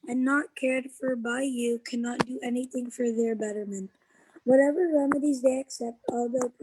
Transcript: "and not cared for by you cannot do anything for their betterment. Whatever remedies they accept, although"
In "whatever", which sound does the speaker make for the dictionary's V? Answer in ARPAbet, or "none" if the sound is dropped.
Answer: V